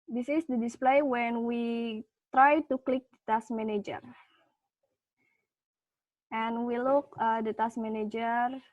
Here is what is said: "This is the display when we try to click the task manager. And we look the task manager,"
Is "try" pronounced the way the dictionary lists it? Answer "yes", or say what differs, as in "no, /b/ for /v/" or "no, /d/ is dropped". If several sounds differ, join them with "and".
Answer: yes